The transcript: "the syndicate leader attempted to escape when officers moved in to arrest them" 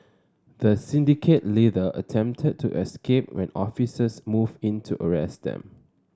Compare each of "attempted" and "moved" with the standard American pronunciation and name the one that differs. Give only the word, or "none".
moved